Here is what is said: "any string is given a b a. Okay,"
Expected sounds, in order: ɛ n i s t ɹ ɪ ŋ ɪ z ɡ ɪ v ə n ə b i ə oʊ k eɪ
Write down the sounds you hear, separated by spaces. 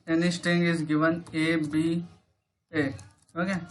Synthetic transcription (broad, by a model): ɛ n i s t ɪ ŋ ɪ z ɡ ɪ v ə n ə b i ə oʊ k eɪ